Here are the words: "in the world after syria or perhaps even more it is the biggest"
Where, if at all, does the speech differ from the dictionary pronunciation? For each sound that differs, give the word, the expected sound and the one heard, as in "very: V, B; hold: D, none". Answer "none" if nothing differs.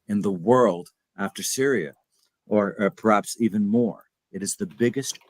none